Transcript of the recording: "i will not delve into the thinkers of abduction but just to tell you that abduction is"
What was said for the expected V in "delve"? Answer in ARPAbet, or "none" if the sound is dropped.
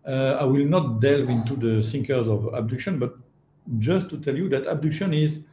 V